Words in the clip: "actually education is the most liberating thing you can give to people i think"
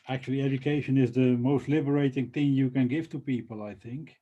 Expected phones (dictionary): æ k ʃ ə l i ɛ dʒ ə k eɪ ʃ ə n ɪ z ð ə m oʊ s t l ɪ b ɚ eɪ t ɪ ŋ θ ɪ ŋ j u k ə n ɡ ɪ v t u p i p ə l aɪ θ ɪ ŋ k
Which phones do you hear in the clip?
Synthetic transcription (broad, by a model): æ k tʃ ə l i ɛ dʒ ə k eɪ ʃ ə n ɪ z ð ə m oʊ s t l ɪ b ɚ eɪ t ɪ ŋ θ ɪ ŋ j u k ə n ɡ ɪ v t u p i p ə l aɪ θ ɪ ŋ k